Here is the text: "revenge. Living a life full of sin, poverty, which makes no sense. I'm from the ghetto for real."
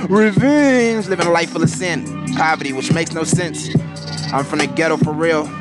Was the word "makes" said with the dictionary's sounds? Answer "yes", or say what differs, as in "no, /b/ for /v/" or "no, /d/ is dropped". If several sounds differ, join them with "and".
yes